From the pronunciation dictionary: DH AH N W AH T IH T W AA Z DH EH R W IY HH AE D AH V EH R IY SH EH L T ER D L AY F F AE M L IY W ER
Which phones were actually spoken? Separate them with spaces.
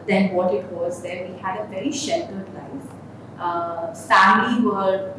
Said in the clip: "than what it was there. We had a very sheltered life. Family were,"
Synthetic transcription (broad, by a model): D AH N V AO T IH T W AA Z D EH R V IY HH AE D AH V EH R IY SH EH L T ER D L AY F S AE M IY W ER